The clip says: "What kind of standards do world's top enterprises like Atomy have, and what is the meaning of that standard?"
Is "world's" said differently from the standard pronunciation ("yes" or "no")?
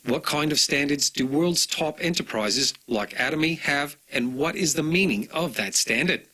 no